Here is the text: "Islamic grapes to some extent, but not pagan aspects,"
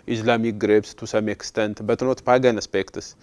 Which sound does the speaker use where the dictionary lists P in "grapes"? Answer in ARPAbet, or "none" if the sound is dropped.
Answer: B